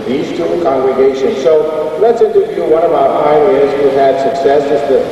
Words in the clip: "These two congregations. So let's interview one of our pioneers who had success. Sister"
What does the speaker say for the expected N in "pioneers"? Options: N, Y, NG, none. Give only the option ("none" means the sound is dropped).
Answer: none